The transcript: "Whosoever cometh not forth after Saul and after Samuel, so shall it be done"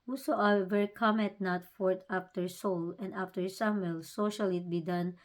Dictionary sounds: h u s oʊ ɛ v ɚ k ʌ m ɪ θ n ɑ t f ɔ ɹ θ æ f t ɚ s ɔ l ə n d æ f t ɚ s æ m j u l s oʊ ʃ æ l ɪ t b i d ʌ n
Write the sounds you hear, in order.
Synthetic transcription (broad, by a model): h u s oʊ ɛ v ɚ k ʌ m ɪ t n ɑ t f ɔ ɹ t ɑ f t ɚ s ɔ l ə n d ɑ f t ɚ s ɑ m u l s oʊ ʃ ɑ l ɪ t b i d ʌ n